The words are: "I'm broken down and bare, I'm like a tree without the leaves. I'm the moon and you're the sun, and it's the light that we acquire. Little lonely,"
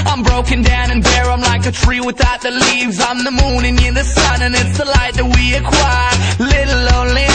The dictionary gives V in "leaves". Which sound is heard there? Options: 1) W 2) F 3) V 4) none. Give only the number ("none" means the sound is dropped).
3